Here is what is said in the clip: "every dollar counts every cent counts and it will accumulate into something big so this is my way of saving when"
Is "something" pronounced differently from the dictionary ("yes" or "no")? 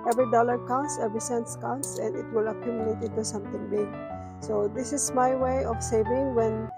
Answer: yes